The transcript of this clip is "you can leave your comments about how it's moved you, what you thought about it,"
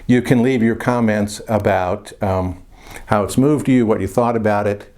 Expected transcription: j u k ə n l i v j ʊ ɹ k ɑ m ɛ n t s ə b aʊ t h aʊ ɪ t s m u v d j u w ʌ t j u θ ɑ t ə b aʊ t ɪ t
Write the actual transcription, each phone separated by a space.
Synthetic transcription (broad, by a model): j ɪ k ə n l i v j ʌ ɹ k ɑ m ɛ n t s ə b aʊ t h aʊ ɪ t s m u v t j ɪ w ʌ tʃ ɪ θ ɑ t ə b aʊ t ɪ t